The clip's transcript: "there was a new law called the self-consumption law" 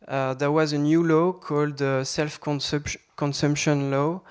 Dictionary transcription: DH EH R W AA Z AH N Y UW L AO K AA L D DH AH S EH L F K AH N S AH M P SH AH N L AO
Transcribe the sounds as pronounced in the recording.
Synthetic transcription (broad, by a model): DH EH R W AA Z AH N Y UW L AO K AA L D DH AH S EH L F K AH N S AH M P SH AH N L AO